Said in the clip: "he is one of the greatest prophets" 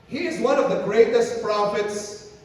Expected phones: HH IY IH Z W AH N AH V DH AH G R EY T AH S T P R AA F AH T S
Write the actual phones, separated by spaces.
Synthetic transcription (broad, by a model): HH IY IH Z W AH N AH V DH AH G R EY T AH S T P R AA F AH T S